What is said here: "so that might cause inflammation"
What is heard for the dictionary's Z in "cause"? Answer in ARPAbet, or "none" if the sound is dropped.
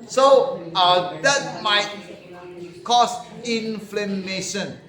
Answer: S